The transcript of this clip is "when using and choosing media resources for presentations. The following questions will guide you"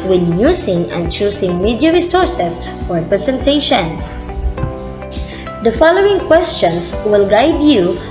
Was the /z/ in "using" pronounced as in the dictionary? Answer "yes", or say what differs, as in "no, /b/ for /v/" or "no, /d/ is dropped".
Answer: no, /s/ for /z/